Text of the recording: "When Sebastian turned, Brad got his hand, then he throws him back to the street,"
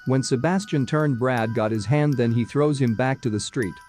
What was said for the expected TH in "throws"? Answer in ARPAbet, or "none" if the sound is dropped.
TH